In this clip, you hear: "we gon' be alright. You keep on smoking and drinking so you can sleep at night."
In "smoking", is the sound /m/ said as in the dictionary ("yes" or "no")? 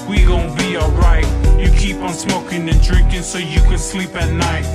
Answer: yes